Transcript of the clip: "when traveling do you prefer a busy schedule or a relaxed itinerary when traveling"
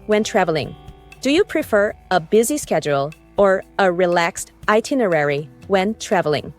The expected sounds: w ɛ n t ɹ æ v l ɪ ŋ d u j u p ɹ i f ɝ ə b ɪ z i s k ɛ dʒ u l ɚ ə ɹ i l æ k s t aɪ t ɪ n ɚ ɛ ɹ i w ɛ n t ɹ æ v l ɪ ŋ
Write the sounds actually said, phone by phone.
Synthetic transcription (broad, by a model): w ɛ n t ɹ æ v l ɪ ŋ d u j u p ɹ i f ɝ ə b ɪ z i s k ɛ dʒ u l ɚ ə ɹ i l æ k s t aɪ t ɪ n ɚ ɛ ɹ i w ɛ n t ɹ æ v l ɪ ŋ